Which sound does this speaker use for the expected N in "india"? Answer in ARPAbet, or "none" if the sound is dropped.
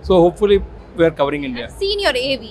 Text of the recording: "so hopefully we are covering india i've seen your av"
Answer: N